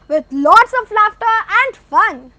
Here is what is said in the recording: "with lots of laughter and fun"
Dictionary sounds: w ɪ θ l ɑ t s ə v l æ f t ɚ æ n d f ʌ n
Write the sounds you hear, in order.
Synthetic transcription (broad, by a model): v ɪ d l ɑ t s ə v l æ f t ɚ æ n d f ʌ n